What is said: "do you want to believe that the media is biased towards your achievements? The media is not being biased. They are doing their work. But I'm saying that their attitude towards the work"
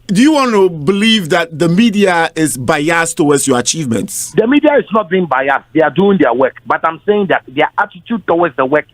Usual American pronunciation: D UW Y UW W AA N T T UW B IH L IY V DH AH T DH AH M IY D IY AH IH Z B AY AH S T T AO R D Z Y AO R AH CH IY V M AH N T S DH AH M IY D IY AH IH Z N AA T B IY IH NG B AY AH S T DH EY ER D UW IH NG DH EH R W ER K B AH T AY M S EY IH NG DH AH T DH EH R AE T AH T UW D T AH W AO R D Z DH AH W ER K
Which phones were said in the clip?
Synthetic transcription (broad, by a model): D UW Y UW W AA N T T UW B IH L IY V DH AH T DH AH M IY D IY AH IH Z B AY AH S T T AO W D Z Y AO R AH CH IY V M AH N T S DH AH M IY D IY AH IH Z N AA T B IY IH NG B AY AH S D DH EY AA D UW IH NG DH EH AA W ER K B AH T AY M S EY IH NG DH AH T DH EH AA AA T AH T UW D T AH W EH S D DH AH W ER K